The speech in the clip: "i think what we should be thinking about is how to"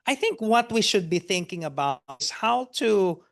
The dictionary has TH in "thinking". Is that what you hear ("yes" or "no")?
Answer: yes